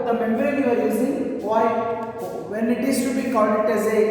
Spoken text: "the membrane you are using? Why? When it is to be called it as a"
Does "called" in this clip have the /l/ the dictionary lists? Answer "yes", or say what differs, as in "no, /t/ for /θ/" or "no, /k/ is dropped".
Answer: no, /l/ is dropped